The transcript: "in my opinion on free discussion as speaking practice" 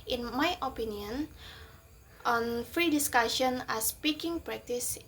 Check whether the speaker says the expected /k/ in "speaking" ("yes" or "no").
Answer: yes